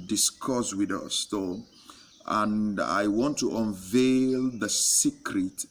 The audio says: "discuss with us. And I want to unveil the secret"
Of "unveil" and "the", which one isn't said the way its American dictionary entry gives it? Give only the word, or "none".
none